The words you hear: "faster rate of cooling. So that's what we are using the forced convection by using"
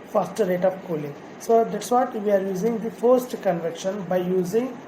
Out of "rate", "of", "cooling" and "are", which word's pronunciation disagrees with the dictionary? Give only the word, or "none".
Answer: of